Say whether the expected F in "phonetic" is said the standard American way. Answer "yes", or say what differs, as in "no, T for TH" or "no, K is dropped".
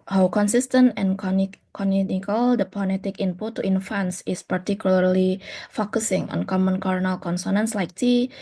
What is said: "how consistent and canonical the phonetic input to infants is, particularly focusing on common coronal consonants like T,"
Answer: no, P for F